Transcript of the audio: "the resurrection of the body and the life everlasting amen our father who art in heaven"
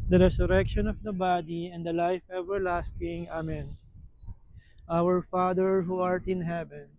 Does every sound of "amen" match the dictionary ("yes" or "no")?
yes